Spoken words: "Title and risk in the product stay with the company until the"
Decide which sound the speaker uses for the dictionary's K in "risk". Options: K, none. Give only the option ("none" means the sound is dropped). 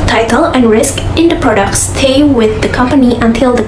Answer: K